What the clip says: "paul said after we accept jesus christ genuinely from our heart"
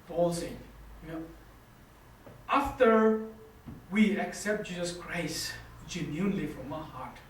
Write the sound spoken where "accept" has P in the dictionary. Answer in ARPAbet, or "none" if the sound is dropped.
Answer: P